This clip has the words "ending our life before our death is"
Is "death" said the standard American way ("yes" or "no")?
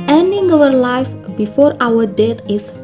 no